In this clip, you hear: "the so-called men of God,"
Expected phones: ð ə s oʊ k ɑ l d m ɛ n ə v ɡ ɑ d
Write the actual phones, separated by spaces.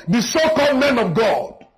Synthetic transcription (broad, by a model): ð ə s oʊ k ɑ d m ɛ n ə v ɡ ɑ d